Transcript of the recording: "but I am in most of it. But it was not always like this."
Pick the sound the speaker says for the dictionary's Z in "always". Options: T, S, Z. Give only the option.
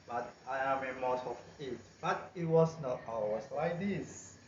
S